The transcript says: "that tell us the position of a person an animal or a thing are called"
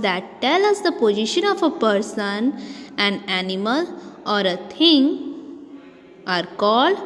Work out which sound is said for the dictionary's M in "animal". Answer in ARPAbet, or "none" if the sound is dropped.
M